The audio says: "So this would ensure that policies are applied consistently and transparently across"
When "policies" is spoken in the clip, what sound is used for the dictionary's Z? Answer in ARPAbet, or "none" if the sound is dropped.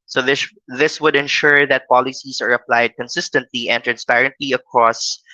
S